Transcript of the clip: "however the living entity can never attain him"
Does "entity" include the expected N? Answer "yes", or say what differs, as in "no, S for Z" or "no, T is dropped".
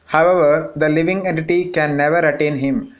yes